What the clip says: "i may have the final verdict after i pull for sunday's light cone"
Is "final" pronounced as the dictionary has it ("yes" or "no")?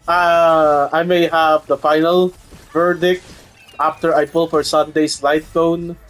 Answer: yes